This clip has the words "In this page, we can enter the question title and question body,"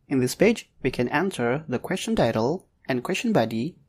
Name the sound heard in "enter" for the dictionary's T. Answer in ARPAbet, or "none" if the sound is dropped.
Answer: S